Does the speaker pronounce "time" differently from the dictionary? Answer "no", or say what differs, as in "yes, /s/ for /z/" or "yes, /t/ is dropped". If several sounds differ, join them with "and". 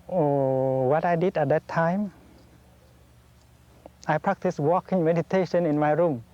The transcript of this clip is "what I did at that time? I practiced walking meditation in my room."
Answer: no